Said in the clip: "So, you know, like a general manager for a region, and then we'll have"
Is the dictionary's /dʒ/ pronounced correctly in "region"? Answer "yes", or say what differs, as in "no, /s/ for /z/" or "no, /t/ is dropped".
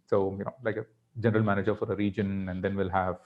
yes